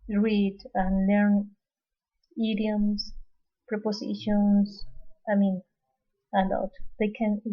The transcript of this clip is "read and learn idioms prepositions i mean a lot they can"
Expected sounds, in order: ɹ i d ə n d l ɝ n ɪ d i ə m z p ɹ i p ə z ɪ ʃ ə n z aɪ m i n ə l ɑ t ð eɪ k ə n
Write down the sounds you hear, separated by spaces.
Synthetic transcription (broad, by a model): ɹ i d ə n l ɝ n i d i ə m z p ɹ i p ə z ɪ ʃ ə n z aɪ m i n ə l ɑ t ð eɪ k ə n